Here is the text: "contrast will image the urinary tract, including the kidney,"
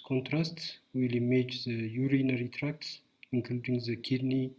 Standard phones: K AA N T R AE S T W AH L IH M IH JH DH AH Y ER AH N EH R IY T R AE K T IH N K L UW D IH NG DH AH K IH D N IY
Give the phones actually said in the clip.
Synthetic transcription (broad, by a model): K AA N T R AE S T W AH L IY M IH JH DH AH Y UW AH N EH R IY T R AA K T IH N K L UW D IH NG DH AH K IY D N IY